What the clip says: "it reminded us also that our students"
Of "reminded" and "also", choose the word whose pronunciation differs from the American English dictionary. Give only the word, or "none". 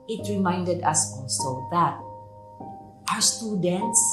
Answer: also